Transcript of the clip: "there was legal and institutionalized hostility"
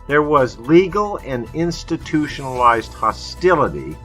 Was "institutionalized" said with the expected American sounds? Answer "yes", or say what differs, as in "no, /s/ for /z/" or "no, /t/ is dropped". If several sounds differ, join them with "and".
yes